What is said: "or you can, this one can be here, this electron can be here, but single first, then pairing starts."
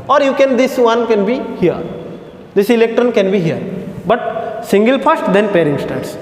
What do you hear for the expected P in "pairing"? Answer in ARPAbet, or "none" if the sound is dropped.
P